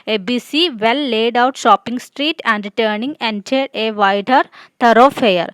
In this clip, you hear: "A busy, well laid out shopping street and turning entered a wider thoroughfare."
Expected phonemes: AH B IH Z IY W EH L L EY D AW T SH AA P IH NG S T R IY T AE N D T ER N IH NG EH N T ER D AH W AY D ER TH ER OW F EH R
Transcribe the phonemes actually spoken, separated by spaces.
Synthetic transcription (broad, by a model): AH B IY S IY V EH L L EY D AW T SH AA P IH NG S T R IY T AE N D T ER N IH NG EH N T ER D AH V AY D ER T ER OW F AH R